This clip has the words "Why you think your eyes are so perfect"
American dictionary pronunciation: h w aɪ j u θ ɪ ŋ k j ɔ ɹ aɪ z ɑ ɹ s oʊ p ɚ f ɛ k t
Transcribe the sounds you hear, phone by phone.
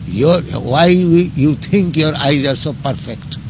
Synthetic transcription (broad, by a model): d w aɪ j u t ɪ ŋ k j ɔ ɹ aɪ z ɑ ɹ s oʊ p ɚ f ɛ k t